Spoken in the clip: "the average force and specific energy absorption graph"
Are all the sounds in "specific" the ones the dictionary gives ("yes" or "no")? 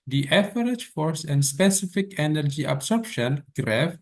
yes